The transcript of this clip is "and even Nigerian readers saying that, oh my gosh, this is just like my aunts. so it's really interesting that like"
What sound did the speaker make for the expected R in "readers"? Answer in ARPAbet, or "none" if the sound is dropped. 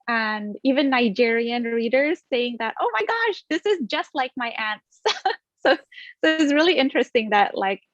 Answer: R